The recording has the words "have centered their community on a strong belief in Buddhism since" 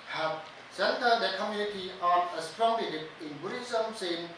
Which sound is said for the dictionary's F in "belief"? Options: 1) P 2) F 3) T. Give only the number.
1